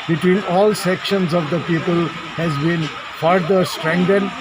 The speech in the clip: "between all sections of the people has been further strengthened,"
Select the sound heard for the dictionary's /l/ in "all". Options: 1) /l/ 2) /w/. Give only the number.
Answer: 1